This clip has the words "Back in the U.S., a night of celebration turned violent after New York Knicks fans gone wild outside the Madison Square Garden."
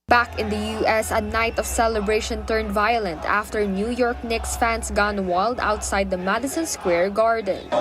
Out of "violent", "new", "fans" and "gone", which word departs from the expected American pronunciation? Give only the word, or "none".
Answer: fans